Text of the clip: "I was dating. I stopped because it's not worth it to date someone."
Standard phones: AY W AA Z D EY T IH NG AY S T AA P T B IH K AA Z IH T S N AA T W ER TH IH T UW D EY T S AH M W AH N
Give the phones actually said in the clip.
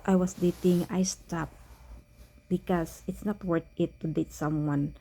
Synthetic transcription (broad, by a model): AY W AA S D EY T IH NG AY S T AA P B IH K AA S IH T S N AA T W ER T IH T UW D EY T S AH M W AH N